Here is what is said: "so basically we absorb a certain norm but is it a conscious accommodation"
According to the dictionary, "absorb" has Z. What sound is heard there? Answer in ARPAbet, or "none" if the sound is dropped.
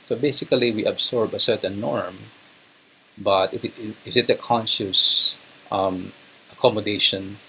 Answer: S